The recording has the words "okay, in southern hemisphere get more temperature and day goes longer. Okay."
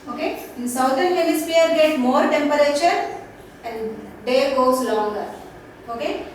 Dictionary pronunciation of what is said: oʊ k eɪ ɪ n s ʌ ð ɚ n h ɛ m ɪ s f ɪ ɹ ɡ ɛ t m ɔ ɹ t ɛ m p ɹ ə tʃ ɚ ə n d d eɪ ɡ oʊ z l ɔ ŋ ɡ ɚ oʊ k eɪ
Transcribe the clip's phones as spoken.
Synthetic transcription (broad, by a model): oʊ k eɪ ɪ n s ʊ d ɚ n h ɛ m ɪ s p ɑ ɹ ɡ ɛ t m ɔ ɹ t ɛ m p ɹ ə tʃ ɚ ə n d d eɪ ɡ oʊ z l ɔ ŋ ɡ ɚ oʊ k eɪ